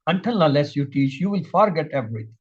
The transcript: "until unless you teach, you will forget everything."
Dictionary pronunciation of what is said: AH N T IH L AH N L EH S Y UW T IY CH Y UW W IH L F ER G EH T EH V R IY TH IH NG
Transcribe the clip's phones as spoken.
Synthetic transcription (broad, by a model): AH N T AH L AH L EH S Y UW T IY CH Y UW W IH L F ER G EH T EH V R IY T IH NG